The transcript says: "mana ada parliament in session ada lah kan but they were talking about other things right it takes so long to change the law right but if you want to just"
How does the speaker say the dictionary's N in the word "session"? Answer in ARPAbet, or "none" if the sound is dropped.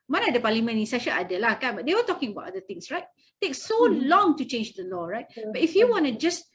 L